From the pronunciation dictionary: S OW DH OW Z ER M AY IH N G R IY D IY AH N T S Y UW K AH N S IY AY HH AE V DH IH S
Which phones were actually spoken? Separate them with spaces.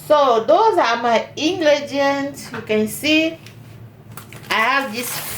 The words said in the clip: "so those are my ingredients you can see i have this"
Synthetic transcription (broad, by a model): S OW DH OW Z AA M AY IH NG G L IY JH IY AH N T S Y UW K AH N S IY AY HH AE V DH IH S